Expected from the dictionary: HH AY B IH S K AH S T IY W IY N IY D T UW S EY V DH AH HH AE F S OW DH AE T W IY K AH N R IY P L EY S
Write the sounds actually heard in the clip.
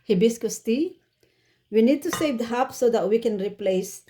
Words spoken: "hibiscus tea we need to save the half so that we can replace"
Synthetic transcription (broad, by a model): HH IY B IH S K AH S T IY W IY N IY D T UW S EY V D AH HH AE P S OW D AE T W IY K AH N R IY P L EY S